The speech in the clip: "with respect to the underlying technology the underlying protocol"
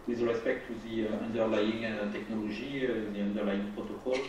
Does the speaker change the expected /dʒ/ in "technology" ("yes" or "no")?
yes